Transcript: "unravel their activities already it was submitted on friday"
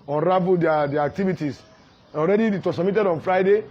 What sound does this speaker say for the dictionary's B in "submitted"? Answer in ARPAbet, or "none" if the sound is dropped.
none